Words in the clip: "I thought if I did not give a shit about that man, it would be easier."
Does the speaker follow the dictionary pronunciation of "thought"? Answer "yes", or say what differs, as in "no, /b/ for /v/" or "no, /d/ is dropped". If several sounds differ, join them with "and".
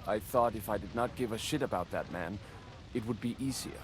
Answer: yes